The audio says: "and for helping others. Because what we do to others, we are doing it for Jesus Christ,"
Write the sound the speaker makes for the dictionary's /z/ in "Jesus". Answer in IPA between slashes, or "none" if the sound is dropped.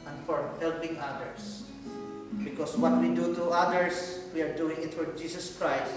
/s/